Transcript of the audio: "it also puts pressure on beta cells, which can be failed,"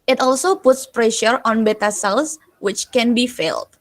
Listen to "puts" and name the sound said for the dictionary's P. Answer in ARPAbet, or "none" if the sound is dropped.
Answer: P